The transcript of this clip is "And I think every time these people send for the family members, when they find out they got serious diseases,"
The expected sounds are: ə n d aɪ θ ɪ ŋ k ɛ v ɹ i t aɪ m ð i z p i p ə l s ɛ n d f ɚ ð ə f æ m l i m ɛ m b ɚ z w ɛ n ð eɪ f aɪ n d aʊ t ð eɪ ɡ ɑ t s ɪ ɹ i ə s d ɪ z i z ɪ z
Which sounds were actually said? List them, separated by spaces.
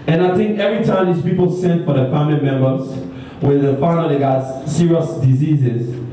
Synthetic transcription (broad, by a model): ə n aɪ θ ɪ ŋ k ɛ v ɹ i t aɪ m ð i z p i p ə l s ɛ n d f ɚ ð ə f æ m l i m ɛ m b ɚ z w ɛ n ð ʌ f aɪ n aʊ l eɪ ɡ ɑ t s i ɹ i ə s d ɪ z i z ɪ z